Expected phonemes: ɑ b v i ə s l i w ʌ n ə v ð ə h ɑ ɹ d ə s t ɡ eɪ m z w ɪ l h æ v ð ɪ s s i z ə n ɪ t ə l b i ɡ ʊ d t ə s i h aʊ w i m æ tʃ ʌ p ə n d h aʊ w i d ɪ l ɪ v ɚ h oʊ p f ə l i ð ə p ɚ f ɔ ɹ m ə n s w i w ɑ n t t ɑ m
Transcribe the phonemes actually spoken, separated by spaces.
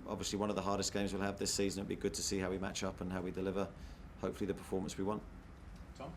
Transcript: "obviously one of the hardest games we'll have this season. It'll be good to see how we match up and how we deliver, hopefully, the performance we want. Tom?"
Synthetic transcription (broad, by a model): ɑ b v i ə s l i w ʌ n ə v ð ə h ɑ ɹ d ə s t ɡ eɪ m z w ɪ l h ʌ v ð ɪ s s i z ə n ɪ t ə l b i ɡ ʊ d t ə s i h aʊ w i m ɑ tʃ ʌ p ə n h aʊ w i d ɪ l ɪ v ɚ h oʊ p f ə l i ð ə p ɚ f ɔ m ə n s w i w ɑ n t t